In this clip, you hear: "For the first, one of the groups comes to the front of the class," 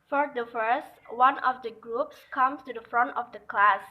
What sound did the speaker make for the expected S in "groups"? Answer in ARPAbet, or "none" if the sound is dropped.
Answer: S